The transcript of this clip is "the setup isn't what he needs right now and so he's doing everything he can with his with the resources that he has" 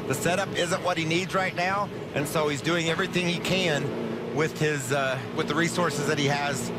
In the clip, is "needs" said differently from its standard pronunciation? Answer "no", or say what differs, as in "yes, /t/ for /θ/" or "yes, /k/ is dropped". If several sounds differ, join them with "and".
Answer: no